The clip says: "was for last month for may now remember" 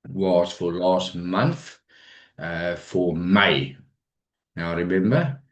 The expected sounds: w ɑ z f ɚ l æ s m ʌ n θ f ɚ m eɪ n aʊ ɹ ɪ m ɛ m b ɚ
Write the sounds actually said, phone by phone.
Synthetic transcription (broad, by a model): w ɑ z f ɚ l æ s m ʌ n θ f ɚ m eɪ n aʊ ɹ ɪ m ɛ m b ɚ